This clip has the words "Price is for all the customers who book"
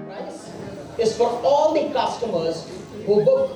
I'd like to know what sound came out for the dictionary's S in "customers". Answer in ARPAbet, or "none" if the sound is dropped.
S